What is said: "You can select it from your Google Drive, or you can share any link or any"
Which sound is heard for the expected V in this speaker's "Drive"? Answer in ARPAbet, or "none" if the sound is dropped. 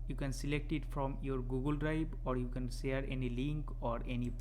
B